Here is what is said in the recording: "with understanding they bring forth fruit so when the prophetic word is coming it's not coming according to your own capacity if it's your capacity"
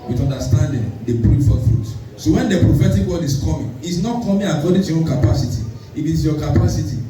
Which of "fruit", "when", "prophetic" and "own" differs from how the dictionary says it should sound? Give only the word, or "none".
none